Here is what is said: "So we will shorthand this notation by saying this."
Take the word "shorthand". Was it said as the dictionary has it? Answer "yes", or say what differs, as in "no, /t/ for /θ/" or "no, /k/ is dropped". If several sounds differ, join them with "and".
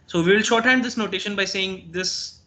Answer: yes